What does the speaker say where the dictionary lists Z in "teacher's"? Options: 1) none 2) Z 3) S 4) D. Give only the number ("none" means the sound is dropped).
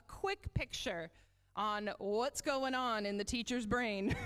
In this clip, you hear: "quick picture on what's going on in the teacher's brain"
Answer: 2